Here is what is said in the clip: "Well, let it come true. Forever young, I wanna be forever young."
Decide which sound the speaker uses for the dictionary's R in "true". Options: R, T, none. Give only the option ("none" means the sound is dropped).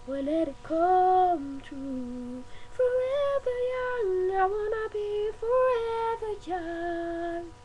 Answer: none